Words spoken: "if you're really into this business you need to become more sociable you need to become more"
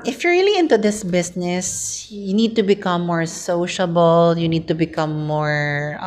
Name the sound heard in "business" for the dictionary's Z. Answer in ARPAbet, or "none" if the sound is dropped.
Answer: S